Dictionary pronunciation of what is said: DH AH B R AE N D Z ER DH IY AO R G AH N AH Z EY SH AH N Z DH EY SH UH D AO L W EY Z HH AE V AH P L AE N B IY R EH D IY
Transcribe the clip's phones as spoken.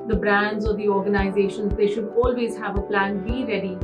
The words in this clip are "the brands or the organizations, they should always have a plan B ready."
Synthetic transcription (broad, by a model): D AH B R AE N D Z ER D IY AO R G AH N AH Z EY SH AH N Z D EY SH UH D AO L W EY Z HH AE V AH P L AE N B IY R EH D IY